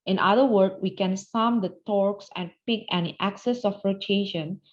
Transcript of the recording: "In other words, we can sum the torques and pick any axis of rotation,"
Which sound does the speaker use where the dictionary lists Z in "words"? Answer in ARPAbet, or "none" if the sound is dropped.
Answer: none